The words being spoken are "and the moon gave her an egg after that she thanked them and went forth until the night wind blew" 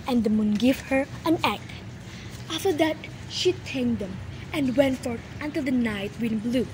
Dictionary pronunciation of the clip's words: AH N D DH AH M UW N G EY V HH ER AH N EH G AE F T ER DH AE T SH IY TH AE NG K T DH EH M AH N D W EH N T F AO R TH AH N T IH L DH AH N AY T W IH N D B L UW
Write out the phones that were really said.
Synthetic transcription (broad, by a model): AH N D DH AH M UW N G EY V HH ER AH N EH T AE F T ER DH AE T SH IY T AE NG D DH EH M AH N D W EH N T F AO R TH AH N T IH L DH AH N AY T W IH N B L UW